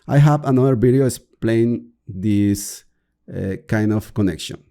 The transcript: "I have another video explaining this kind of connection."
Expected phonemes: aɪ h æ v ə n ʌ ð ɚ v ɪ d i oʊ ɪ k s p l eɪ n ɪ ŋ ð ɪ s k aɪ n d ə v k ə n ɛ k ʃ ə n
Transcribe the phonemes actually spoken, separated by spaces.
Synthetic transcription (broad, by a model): aɪ h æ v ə n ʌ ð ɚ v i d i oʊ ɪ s p l eɪ ɪ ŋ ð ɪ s k aɪ n d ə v k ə n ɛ k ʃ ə n